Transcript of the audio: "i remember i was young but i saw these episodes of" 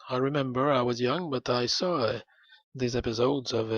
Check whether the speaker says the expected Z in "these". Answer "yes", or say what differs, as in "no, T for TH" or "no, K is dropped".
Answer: yes